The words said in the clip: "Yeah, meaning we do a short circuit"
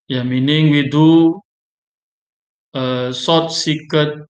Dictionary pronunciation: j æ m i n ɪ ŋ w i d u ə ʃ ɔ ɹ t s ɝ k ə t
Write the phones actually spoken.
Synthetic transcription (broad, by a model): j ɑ m i n ɪ ŋ w i d u ə s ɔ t s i k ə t